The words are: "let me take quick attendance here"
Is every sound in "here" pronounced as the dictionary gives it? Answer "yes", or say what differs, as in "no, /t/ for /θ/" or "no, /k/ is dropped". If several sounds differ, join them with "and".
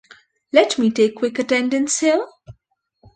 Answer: no, /l/ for /ɹ/